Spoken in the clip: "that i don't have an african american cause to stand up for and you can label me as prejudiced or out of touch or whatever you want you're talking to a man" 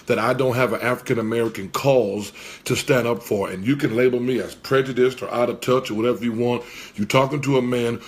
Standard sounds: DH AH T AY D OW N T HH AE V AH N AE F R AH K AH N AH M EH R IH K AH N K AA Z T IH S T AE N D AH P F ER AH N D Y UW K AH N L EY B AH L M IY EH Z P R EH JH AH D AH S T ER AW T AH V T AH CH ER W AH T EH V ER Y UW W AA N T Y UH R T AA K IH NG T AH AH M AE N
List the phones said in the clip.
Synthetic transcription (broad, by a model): DH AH T AY D OW N T HH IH V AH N AE F R AH K AH N AH M EH R IH K AH N K AA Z T IH S T AE N D AH P F ER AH N Y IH K AH N L EY B L M IY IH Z P R EH JH AH D AH S T ER AW T AH V T AH CH ER W AH T EH V ER Y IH W AA N T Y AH R T AA K IH NG T AH AH M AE N